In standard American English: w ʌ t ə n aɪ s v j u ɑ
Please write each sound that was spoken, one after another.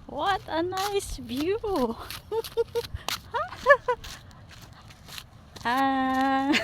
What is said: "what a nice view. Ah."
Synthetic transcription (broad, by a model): w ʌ t ə n aɪ s b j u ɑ